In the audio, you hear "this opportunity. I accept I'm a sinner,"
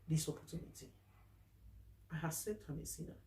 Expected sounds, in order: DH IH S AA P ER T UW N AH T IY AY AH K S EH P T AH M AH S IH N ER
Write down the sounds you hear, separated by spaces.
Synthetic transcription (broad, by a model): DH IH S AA P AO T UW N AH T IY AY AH S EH T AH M AH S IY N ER